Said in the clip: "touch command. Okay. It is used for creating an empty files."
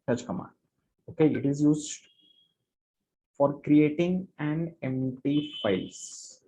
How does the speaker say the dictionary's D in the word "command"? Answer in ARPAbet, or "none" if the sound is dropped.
none